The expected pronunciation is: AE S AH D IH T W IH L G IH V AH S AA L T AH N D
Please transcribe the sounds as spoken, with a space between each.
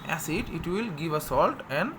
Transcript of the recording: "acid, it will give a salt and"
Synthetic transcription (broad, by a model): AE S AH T IH T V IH L G IH V AH S AA L T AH N D